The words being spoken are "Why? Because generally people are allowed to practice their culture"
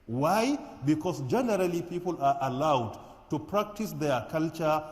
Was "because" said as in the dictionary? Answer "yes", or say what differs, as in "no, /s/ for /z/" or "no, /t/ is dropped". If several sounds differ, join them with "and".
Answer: no, /s/ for /z/